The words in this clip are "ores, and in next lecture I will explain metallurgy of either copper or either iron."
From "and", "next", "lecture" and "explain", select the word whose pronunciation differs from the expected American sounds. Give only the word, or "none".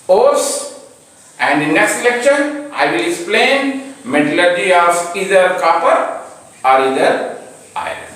lecture